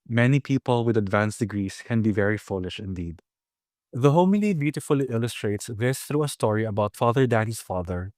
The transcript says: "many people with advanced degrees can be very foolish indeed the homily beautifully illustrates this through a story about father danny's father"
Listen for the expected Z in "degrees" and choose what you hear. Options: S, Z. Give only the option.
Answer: S